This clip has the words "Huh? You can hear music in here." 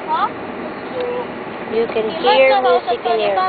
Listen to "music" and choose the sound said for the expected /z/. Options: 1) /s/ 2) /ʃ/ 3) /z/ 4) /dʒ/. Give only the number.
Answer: 1